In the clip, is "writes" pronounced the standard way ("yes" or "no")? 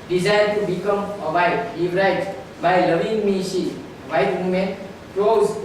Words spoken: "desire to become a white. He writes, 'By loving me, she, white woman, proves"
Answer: no